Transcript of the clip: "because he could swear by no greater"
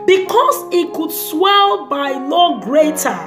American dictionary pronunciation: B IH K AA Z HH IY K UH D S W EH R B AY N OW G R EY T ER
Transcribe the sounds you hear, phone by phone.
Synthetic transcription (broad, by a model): B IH K AA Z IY K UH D S W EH L B AY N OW G R EY T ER